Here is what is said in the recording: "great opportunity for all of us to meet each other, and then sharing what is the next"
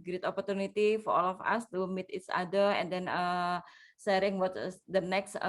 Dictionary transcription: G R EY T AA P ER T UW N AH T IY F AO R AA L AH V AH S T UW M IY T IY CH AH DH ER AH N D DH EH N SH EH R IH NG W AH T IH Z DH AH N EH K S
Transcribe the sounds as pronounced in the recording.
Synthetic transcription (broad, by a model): G R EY T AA P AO T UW N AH T IY F AO R AA L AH F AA S T UW M IY T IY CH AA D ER AH N D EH N S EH R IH NG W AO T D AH N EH K S